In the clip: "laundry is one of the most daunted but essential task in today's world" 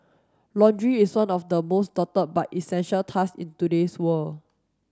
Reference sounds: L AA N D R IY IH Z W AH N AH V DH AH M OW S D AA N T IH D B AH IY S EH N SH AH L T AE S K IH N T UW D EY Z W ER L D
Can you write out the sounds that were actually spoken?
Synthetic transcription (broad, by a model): L AA N D R IY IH S W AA N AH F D AH M OW S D AA T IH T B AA IY S EH N SH AH L T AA S IH N T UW D EY S W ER L